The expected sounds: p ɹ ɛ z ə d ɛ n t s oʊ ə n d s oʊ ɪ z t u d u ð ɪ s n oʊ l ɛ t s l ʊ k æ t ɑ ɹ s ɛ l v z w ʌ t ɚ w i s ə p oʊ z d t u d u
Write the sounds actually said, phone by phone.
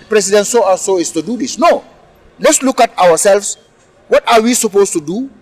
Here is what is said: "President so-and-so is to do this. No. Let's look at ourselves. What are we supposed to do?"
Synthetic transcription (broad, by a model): p ɹ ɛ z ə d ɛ n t s oʊ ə s oʊ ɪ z t u d u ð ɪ s n oʊ l ɛ t s l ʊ k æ t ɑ w s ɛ l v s w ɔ t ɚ w i s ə p oʊ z t u d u